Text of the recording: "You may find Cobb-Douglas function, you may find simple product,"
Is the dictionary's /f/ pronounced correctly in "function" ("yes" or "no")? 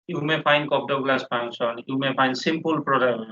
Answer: no